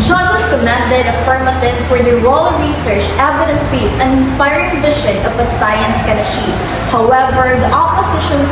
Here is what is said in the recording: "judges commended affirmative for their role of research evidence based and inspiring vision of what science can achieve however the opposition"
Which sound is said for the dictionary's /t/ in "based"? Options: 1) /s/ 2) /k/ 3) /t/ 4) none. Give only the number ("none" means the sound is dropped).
4